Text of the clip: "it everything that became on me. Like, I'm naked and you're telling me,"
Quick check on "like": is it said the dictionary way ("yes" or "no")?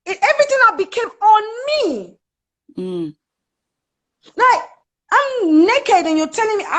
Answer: no